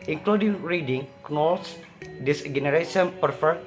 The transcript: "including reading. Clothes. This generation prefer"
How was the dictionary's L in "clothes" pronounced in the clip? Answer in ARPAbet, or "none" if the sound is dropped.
N